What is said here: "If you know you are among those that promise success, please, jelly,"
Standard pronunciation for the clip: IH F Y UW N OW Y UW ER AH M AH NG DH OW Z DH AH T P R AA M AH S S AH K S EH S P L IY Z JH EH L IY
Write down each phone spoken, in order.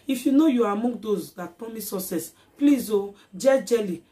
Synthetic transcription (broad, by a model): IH F Y UW N OW Y UW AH M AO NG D OW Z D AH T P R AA M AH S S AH S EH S P L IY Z JH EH L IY